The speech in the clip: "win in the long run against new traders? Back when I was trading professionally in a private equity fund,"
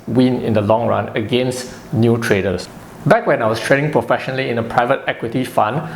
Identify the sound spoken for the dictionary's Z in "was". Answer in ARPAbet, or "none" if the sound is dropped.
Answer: S